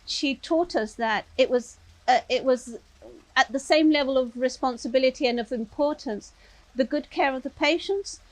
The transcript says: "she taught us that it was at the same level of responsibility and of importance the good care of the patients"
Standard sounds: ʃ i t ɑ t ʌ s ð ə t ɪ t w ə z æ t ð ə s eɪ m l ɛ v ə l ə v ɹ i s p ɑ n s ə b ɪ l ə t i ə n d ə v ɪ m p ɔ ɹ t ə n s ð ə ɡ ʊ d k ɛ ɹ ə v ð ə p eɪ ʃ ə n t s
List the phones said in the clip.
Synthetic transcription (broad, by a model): ʃ i t ɑ t ʌ s ð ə t ɪ t w ə z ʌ t ð ə s eɪ m l ɛ v ə l ə v ɹ i s p ɑ n s ə b ɪ l ə t i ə n ə v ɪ m p ɔ ɹ t n s ð ə ɡ ʊ d k ɛ ɹ ə v ð ə p eɪ ʃ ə n t s